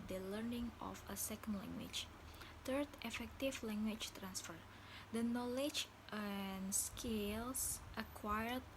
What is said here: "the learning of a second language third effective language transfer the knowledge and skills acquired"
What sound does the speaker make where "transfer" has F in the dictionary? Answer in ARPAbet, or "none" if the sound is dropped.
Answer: F